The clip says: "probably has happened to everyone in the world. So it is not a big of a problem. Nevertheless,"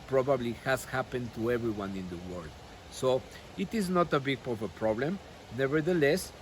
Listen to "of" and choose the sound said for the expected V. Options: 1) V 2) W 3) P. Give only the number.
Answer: 3